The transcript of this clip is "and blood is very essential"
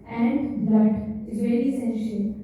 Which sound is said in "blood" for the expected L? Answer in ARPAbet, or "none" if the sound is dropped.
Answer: none